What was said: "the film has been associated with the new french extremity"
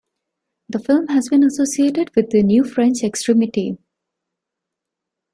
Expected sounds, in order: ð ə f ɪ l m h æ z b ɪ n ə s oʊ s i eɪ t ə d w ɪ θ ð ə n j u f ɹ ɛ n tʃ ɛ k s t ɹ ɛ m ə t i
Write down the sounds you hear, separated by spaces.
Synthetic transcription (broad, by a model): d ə f ɪ l m h æ z b ɪ n ə s oʊ s i eɪ t ə d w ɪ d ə n j u f ɹ ɛ n tʃ ɛ k s t ɹ ɛ m ə t i